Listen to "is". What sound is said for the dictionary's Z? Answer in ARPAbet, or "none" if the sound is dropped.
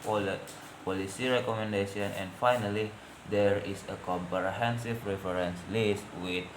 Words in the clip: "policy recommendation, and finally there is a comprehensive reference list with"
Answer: S